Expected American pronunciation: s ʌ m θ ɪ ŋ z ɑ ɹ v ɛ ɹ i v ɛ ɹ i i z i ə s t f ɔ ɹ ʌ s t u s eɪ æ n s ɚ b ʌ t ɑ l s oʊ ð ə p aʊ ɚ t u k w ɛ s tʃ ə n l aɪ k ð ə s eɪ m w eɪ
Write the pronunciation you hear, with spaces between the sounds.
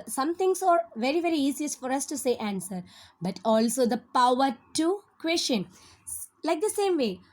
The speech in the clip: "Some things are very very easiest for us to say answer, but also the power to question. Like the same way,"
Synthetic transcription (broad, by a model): s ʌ m t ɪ ŋ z ɑ ɹ v ɛ ɹ i v ɛ ɹ i i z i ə s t f ɔ ɹ ʌ s t u s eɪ æ n s ɚ b ʌ t ɑ l s oʊ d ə p aʊ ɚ t u k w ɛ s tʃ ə n l aɪ k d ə s eɪ m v eɪ